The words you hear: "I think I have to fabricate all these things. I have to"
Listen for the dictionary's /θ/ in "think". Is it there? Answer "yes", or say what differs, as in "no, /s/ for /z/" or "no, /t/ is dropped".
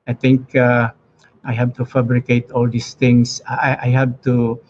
no, /t/ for /θ/